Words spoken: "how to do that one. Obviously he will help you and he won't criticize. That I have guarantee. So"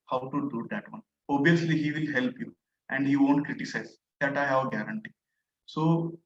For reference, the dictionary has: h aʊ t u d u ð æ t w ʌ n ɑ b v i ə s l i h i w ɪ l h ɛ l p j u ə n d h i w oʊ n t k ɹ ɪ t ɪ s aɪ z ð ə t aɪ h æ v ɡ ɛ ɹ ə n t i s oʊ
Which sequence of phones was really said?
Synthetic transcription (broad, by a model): h aʊ t u d u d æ t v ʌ n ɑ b i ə s l i h i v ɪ l h ɛ l p j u ə n d h i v oʊ n t k ɹ ɪ t ɪ s aɪ z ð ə t aɪ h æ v ɡ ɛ ɹ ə n t i s oʊ